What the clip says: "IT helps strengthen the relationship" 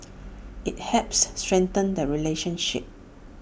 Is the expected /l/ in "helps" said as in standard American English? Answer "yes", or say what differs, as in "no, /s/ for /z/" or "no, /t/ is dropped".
no, /l/ is dropped